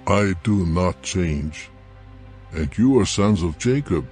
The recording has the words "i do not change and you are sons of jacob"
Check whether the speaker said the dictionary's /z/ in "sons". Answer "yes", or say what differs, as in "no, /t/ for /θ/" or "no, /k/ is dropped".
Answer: yes